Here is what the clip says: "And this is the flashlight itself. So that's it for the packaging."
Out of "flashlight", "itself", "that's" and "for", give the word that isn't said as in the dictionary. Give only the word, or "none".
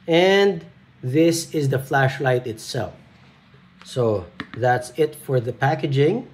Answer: none